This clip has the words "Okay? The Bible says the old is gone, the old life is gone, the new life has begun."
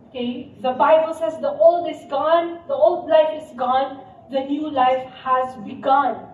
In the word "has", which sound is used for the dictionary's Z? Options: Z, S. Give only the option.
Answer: Z